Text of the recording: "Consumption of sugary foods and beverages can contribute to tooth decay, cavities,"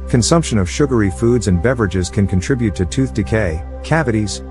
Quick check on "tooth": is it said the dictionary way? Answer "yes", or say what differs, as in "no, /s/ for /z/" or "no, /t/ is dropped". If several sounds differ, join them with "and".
yes